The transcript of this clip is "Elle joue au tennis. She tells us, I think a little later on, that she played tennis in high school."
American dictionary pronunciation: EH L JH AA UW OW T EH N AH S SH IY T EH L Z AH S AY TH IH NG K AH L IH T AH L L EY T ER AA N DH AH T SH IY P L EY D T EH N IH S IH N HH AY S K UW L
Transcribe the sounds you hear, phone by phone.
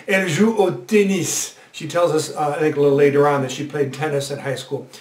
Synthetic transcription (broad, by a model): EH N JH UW OW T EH N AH S SH IY T EH L Z AH S AY TH IH NG K AH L IH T L L EY T ER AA N DH AH T SH IY P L EY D T EH N IH S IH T HH AY S K UW L